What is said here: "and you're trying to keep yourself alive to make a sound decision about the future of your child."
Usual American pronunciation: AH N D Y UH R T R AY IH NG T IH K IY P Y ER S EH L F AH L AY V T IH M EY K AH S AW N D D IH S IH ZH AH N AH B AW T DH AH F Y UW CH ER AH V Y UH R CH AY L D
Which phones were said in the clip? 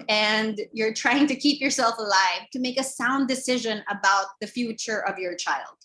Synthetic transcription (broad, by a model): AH N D Y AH R T R AY IH NG T IH K IY P Y ER S EH L F AH L AY V T IH M EY K AH S AW N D D IH S IH ZH AH N AH B AW T DH AH F Y UW CH ER AH V Y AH R CH AY L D